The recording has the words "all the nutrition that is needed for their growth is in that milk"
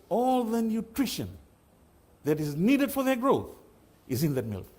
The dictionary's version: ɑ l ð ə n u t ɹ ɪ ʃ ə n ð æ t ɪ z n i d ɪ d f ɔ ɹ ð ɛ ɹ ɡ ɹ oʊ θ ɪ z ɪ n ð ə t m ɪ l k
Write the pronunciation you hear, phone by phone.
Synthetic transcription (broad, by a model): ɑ l ð ə n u t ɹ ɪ ʃ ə n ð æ t ɪ z n i d ɪ d f ɔ ɹ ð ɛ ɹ ɡ ɹ oʊ θ ɪ z ɪ n ð ə t m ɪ l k